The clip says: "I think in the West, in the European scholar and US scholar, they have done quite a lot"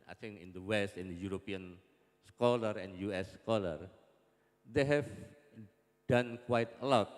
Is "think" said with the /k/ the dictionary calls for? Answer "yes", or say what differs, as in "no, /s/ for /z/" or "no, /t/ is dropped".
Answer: no, /k/ is dropped